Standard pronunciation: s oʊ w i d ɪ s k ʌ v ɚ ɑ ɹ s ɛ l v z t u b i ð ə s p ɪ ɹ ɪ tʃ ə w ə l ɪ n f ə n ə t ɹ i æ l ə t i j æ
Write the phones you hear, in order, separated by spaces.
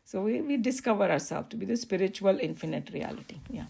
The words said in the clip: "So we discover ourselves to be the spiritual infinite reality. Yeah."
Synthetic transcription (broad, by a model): s oʊ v i d ɪ s k ʌ v ɚ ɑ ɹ s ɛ l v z t u b i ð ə s p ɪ ɹ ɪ tʃ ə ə l ɪ n f ə n ə t ɹ i æ l ə t i j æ